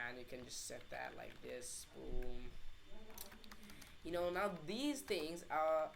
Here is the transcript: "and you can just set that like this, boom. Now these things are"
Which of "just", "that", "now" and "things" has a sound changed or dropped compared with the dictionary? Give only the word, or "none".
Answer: none